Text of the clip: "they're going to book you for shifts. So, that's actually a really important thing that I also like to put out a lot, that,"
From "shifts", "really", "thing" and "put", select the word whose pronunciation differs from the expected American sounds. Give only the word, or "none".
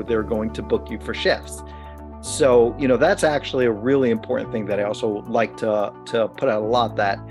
shifts